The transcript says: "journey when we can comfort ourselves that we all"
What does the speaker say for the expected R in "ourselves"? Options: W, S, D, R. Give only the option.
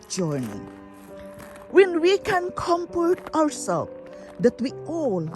W